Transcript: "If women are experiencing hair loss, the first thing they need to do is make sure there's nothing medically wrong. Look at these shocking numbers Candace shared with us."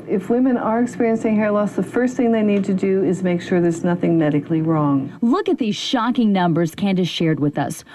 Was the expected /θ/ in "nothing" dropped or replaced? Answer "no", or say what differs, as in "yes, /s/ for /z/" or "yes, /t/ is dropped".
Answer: no